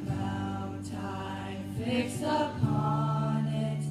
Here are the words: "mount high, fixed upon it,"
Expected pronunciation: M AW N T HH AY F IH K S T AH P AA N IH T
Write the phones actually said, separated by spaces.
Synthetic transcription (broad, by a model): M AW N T AY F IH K S AH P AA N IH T